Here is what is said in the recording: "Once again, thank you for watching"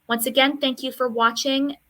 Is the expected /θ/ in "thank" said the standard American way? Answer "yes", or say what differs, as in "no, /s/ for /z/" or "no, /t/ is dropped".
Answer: yes